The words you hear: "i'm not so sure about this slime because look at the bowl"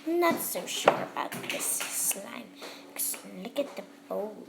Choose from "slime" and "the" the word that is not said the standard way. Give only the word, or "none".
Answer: none